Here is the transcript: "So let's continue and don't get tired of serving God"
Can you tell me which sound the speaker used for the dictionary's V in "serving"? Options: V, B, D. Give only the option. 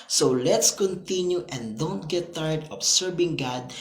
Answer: B